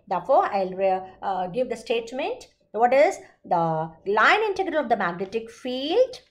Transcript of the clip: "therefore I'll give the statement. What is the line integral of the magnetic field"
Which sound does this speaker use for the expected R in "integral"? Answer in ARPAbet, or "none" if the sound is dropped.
R